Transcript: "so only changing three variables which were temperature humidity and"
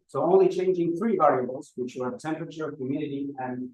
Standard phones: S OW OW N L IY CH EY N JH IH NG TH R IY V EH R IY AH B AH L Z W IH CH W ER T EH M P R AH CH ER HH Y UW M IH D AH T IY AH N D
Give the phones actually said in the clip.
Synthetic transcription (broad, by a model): S OW OW N L IY CH EY N JH IH NG TH R IY V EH R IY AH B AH L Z W IH CH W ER T EH M P R AH CH ER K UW M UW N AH T IY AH N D